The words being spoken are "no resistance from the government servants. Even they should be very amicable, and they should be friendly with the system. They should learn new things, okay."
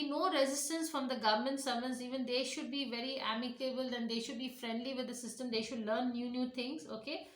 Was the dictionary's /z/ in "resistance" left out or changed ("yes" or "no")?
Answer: no